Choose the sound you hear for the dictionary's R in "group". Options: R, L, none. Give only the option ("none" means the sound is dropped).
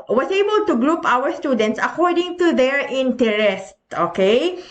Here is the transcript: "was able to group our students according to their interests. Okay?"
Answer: R